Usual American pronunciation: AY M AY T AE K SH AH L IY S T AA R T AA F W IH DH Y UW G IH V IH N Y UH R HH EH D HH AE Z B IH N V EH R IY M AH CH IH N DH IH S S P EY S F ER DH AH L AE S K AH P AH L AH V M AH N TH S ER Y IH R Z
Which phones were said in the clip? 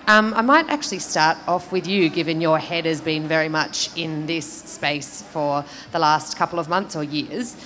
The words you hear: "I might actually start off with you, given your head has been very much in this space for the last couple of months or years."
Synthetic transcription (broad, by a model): AY M AY T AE K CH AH L IY S T AA R T AA F W IH DH Y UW G IH V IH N Y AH R HH EH D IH Z B IH N V EH R IY M AH CH IH N DH IH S S P EY S F ER DH AH L AE S K AH P L AH V M AH N TH S ER Y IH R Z